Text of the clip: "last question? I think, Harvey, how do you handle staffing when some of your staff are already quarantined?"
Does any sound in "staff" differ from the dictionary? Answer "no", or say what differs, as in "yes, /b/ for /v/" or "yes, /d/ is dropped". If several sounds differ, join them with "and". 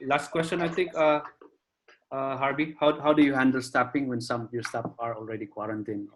yes, /p/ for /f/